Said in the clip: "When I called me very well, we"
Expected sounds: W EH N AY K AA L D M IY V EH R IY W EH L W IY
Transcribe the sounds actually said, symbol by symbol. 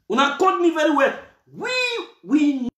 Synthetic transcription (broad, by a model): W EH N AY K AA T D M IY V EH R IY W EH W W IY